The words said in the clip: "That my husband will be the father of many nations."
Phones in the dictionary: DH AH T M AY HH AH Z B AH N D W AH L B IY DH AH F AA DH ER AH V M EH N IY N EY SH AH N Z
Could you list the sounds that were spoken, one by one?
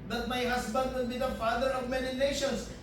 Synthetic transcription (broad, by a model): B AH T M AY HH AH S B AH N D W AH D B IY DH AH F AA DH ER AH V M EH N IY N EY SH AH N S